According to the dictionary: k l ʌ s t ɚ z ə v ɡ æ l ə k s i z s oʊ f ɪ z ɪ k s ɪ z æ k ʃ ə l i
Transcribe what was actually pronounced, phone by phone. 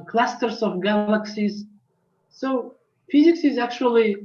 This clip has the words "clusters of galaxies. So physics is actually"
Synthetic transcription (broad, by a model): k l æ s t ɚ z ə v ɡ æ l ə k s i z s oʊ f ɪ z ɪ k s ɪ z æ k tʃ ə l i